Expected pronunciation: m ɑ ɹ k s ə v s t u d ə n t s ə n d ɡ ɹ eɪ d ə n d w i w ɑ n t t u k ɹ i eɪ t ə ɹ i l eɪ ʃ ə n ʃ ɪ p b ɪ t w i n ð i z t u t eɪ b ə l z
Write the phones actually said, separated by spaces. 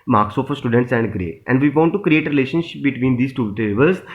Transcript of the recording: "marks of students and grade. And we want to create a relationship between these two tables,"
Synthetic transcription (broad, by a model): m ɑ ɹ k s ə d s t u d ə n t s ə n d ɡ ɹ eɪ ə n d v i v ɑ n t t u k ɹ i eɪ t ɹ i l eɪ ʃ ə n ʃ ɪ p b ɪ t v i n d i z t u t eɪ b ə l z